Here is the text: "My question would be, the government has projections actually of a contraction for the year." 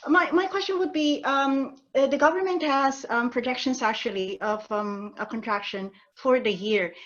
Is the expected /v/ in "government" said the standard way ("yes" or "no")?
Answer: yes